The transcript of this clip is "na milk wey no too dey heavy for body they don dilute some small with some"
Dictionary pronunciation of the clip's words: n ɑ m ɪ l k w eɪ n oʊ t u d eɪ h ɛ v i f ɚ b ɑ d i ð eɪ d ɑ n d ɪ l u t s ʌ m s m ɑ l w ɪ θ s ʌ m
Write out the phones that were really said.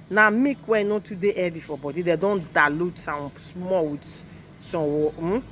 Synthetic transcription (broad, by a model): n ɑ m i k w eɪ n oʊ t u d eɪ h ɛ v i f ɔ b ɑ d i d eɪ d ɑ n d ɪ l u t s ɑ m s m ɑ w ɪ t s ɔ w